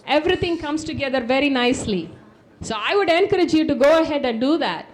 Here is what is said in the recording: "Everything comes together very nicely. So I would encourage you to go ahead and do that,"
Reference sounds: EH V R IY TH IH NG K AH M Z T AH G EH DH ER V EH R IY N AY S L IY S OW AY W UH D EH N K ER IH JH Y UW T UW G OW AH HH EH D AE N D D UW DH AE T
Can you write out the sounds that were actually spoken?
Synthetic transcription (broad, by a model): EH V R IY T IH NG K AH M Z T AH G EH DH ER V EH R IY N AY S L IY S OW AY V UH D EH N K ER IH JH Y UW T UW G OW AH HH EH D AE N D D UW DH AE T